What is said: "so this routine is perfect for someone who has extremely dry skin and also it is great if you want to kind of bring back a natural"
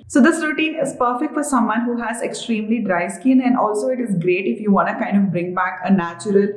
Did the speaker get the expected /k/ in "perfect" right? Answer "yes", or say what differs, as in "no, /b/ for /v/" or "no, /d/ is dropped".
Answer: yes